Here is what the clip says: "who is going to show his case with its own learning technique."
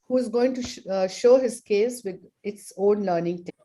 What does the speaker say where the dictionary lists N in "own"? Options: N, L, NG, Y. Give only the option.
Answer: L